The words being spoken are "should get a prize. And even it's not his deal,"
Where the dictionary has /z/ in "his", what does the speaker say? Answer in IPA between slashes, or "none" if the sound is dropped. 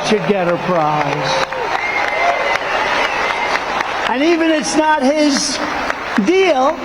/z/